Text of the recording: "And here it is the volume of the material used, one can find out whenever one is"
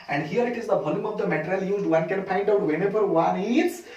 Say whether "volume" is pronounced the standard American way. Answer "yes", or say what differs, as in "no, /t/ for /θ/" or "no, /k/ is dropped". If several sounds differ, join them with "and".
yes